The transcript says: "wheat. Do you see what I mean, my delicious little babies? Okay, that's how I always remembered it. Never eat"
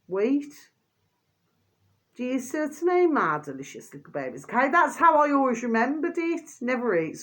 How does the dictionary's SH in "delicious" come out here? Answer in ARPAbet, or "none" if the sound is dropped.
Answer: SH